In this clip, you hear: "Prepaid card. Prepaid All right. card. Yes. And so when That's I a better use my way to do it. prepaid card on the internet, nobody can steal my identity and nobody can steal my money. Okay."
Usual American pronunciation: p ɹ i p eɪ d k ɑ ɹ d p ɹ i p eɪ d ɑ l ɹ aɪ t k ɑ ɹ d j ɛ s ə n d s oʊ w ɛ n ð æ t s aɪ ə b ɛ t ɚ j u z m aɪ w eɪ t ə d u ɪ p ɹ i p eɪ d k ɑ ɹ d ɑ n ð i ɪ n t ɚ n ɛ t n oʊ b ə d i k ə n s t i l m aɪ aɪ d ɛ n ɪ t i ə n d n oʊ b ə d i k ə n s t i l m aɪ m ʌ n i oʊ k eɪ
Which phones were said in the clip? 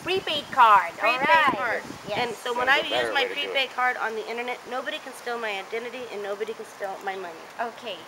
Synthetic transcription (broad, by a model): p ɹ i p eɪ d k ɑ ɹ d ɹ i eɪ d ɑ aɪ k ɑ ɹ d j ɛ ə n s oʊ w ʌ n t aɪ ə j u z m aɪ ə ɪ p ɹ i p eɪ d k ɑ ɹ d n ð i ɪ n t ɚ n ɛ t n oʊ b ə d i k ə n s t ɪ l m aɪ aɪ d ɛ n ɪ t i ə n n oʊ b ə d i k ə n s t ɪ l m aɪ m ʌ n i oʊ k eɪ